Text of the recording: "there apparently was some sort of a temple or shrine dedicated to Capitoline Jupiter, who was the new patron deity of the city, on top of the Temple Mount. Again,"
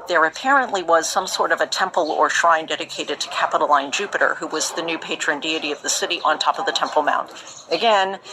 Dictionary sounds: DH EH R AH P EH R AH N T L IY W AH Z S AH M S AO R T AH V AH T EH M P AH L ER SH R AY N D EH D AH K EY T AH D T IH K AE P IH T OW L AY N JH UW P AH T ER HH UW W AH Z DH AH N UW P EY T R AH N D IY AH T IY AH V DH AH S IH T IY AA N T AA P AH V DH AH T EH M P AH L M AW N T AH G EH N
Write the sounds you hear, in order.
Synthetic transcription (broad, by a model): DH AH R AH P EH R AH N T L IY W AH Z S AH M S AO R T AH V AH T EH M P L ER SH R AY N D EH D AH K EY T AH D T IH K AE P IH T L AY N JH UW P AH T ER HH UW W AH Z DH AH N UW P EY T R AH N D IY AH T IY AH V DH AH S IH T IY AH N T AA P AH V DH AH T EH M P L M AW N T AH G EH N